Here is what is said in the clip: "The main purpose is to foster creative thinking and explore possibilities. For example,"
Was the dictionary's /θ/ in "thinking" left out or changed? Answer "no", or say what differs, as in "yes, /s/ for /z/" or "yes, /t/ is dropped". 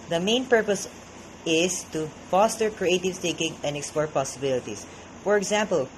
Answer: yes, /t/ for /θ/